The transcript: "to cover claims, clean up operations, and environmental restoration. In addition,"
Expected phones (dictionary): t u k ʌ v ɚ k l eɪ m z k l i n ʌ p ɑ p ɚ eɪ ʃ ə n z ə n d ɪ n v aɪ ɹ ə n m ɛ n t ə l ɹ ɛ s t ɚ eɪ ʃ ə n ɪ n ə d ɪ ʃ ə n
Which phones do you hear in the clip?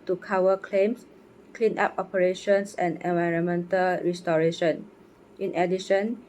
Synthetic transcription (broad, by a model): t u k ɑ w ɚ k l eɪ m s k l i n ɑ p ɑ p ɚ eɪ ʃ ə n s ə n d ɪ n v aɪ ɹ ə n m ɛ n t ə l ɹ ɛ s t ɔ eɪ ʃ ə n ɪ n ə d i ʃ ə n